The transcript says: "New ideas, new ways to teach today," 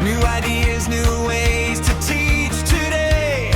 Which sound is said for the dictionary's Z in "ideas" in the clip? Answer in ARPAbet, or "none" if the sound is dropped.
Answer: Z